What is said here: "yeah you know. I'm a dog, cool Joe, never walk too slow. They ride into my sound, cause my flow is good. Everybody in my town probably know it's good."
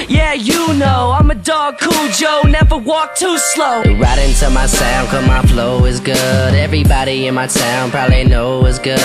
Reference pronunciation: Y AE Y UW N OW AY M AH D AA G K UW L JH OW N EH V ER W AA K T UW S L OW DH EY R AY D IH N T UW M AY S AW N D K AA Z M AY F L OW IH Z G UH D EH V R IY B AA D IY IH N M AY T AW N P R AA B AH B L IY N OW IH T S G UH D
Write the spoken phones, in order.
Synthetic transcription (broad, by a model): Y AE Y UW N OW AY M AH D AA G K UW L JH OW N EH V ER W AA K T UW S L OW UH R AY D IH N T UW M AY S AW N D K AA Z M AY F L OW IH Z G UH D EH V R IY B AA D IY IH N M AY S AW N P R AA B AH B L IY N OW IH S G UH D